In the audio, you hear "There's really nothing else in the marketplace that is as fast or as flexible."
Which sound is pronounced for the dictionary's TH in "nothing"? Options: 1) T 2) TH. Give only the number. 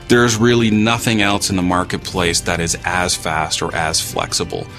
2